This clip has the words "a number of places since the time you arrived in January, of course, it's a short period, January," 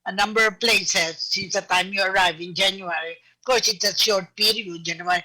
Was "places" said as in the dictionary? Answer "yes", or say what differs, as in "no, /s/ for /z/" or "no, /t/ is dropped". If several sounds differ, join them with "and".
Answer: yes